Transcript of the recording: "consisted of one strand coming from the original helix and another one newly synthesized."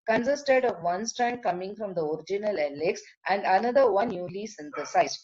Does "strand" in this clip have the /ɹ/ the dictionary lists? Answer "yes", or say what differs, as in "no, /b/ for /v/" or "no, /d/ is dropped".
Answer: yes